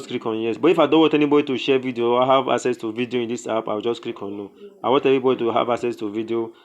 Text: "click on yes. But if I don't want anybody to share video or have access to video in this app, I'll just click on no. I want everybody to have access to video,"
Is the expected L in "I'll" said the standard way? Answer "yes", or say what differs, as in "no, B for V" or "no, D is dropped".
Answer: no, W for L